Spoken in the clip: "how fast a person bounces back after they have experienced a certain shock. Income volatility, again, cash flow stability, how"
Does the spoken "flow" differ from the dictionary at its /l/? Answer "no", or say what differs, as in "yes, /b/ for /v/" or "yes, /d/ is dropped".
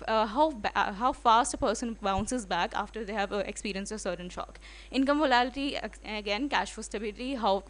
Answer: yes, /l/ is dropped